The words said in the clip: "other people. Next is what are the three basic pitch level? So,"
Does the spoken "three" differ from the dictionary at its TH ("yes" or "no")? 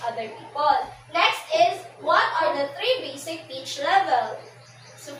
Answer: yes